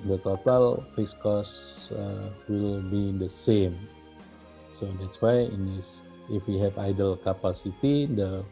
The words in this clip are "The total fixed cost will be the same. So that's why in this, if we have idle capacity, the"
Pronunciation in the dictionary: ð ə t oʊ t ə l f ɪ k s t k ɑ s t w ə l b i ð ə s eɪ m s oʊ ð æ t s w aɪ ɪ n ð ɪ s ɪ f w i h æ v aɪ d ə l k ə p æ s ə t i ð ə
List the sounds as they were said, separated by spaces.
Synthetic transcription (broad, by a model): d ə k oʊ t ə l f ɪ s k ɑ s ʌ w ə l b i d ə s eɪ m s oʊ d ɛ t s w aɪ ɪ n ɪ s ɪ f w i h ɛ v aɪ d ə l k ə p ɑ s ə t i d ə